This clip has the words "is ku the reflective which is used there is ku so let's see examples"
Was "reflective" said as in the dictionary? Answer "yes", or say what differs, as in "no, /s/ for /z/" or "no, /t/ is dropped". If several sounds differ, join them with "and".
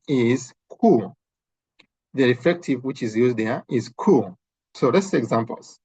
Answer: no, /l/ is dropped